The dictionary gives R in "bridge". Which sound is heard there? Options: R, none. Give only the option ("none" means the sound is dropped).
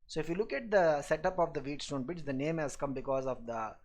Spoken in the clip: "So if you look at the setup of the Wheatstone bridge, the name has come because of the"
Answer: none